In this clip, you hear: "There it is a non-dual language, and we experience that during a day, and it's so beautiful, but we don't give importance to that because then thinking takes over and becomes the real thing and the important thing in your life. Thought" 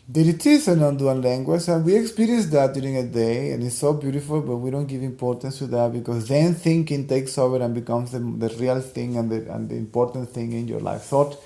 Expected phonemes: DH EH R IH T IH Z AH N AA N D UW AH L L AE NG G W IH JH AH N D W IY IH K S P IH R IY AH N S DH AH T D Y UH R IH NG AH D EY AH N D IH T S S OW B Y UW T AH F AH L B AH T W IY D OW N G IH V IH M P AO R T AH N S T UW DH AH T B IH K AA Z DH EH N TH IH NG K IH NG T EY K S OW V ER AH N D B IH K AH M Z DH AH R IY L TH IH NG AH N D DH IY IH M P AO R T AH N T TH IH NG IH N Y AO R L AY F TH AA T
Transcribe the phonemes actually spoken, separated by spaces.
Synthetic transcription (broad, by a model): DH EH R IH T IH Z AH N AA N D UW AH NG L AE NG G W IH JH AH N W IY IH K S P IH R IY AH N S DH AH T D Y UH R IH NG AH D EY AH N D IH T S S OW B Y UW T AH F AH L B AH T W IY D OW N G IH V IH M P AO R T AH N S T UW DH AH T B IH K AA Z DH EH N TH IH NG K IH NG T EY K S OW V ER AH N B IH K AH M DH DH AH R IY L TH IH NG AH N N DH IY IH M P AO R T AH N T TH IH NG IH N Y AO R L AY F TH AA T